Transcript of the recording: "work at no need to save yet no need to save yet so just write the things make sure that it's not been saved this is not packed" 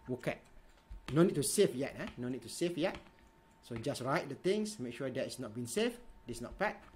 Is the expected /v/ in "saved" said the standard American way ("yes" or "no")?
no